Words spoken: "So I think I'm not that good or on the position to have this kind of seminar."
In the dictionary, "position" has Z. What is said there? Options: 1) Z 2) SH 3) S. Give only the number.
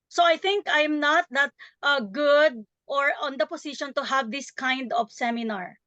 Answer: 3